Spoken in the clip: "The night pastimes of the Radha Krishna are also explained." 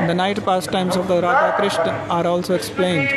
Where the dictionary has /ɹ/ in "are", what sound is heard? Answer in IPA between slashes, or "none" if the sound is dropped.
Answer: /ɹ/